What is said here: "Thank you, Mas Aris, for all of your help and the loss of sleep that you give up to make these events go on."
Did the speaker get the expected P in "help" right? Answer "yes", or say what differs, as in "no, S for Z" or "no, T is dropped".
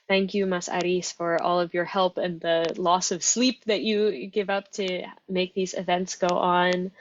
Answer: yes